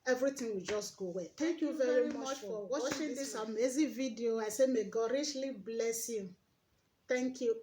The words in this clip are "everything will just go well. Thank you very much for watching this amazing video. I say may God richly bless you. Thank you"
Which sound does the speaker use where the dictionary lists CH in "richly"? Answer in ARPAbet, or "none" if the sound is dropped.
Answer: SH